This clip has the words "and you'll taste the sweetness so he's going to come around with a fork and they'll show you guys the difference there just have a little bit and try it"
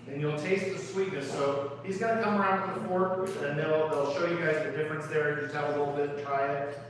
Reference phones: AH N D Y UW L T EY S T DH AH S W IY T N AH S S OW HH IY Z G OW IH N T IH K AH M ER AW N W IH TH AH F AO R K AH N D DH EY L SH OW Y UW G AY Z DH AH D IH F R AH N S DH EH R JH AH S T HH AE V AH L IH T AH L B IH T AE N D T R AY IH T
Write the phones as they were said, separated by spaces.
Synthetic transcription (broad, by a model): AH N Y UW L T EY S T DH AH S W IY T N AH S S OW HH IY Z G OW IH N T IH K AH M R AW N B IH AH F AO R AH N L DH EY L SH OW Y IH G AY Z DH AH D IH F R AH N S DH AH R JH AH S T HH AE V AH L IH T L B IH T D T R AY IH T